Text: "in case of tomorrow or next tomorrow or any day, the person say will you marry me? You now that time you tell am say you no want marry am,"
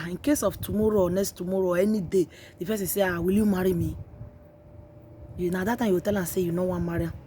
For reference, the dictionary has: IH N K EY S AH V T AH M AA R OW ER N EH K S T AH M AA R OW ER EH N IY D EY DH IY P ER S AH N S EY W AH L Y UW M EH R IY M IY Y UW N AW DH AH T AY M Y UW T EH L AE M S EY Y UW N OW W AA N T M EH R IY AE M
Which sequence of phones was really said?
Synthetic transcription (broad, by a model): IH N K EY S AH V T AH M AA R OW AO N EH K S T AH M AA R OW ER EH N IY D EY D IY F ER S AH S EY W AH L Y UW M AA R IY M IY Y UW N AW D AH T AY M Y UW T EH L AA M S EY Y UW N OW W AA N M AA R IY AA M